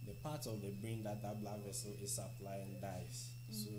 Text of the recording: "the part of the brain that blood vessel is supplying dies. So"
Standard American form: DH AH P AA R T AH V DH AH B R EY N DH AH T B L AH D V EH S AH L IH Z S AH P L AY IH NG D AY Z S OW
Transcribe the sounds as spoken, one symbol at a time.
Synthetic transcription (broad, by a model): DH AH P AA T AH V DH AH B R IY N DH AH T B L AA V EH S AH L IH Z S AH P L AY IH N D AY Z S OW